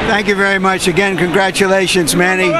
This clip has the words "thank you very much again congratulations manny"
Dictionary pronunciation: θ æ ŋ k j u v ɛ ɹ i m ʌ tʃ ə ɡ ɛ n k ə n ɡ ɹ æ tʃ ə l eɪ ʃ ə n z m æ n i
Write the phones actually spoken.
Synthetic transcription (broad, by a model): θ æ ŋ k j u v ɛ ɹ i m ʌ tʃ ə ɡ ɛ n k ə n ɡ ɹ æ tʃ ə l eɪ ʃ ə n z m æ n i